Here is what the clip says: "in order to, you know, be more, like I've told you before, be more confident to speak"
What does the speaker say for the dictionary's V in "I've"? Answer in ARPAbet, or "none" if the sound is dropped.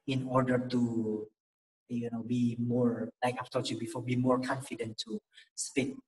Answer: P